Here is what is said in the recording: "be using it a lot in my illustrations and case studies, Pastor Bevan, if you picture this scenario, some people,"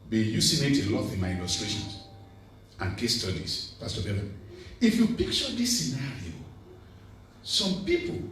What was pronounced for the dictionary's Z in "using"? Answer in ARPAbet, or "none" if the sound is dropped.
S